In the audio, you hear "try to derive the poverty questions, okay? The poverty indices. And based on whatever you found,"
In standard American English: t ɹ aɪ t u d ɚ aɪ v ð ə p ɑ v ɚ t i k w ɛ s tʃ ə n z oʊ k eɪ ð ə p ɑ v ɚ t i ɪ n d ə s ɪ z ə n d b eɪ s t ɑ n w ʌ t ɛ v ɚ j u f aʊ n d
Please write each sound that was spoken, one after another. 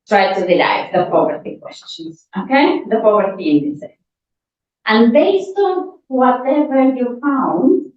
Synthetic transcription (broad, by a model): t ɹ aɪ t u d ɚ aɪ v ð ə p ɑ v ɚ t i k w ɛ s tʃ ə n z oʊ k eɪ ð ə p ɑ v ɚ t i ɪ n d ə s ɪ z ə n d b eɪ s t ɑ n w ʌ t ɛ v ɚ j u f aʊ n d